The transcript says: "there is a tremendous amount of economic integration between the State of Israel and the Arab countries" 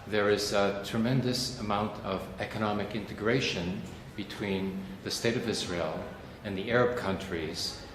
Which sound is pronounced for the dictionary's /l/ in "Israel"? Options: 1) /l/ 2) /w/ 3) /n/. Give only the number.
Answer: 1